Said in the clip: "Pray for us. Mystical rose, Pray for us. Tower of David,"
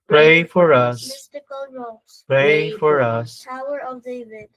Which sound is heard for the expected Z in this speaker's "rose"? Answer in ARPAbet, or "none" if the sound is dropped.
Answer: none